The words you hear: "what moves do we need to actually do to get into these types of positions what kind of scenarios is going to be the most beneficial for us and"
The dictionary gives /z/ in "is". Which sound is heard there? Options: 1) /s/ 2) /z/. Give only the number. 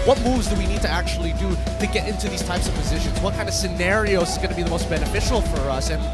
2